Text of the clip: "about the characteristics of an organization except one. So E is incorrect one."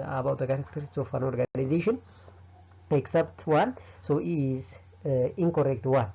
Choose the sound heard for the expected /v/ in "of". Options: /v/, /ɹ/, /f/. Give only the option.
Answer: /f/